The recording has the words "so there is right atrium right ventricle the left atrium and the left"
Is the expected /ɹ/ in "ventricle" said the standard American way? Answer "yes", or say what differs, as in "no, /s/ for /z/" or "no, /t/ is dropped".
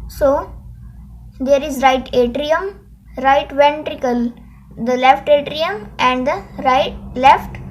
yes